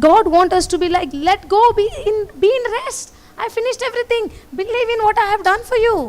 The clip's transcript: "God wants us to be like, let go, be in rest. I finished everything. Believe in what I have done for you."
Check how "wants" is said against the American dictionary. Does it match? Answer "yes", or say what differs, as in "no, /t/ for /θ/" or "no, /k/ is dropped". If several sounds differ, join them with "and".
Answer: no, /s/ is dropped